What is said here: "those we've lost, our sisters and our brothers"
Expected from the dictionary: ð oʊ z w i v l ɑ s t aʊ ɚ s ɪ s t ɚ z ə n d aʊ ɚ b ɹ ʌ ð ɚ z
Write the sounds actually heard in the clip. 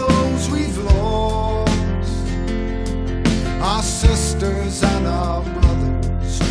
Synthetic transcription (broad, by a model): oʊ z w i v l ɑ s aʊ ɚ s ɪ s t ɚ z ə n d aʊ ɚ b ɹ ʌ ð ɚ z